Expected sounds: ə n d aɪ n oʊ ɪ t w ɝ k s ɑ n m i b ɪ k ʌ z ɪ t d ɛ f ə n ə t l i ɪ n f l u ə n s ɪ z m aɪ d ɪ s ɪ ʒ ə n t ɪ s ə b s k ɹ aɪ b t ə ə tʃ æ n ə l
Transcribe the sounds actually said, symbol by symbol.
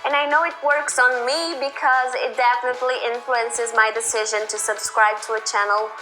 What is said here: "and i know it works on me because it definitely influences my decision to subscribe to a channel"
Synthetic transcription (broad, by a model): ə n aɪ n oʊ ɪ t w ɝ k s n m i b ɪ k ʌ z ɪ t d ɛ f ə n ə t l i ɪ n f l u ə n s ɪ z m aɪ d ɪ s ɪ ʒ ə n t ɪ s ə b s k ɹ aɪ b t ə ə tʃ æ n l